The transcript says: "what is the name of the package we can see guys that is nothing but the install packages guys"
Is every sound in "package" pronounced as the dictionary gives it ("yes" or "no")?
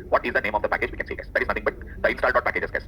yes